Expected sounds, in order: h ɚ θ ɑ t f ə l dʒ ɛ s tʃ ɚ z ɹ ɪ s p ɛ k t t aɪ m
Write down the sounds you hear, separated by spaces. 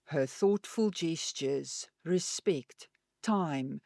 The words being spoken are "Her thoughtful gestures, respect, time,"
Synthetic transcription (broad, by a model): h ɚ θ ɑ t f ə l dʒ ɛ s tʃ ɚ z ɹ ɪ s p ɛ k t t aɪ m